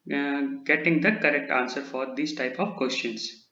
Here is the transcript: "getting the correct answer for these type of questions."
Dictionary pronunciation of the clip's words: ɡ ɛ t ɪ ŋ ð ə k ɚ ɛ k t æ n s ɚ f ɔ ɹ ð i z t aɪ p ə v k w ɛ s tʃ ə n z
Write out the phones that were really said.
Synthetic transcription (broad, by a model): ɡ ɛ t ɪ ŋ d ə k ɚ ɛ k t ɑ n s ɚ f ɔ ɹ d i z t aɪ p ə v k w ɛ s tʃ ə n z